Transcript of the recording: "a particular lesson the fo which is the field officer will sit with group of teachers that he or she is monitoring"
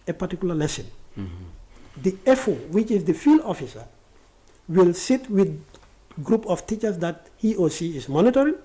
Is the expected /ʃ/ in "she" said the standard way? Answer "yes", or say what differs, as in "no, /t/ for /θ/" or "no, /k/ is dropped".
no, /s/ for /ʃ/